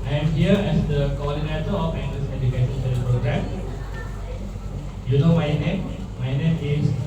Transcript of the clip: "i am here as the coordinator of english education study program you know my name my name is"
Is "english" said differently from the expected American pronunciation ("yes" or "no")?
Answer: yes